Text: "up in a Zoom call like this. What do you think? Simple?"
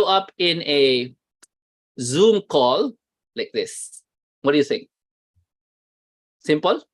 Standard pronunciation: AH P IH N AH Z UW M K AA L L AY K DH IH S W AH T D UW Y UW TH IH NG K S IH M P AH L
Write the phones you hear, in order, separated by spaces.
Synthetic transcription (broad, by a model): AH P IH N AH Z UW M K AA L L AY K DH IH S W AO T D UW Y UW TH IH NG S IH M P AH L